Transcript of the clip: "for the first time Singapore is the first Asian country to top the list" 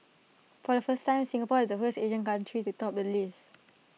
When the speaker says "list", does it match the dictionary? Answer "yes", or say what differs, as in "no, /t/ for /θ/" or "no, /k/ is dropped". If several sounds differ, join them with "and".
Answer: no, /t/ is dropped